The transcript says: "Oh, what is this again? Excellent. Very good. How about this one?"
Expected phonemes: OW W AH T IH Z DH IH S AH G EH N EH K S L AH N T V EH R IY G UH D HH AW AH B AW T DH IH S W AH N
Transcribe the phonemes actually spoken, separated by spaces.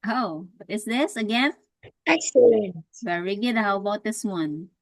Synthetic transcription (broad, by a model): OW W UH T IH S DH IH S AH G EH N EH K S AH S V EH R IY G UH D HH AW AH B AW T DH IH S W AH N